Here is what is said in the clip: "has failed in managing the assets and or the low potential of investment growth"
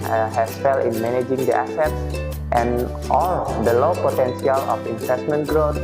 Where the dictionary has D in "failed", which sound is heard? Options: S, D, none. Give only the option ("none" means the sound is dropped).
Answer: none